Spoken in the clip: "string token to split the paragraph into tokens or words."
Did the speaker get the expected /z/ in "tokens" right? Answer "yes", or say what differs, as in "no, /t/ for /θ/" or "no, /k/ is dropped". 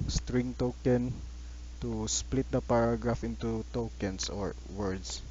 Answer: no, /s/ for /z/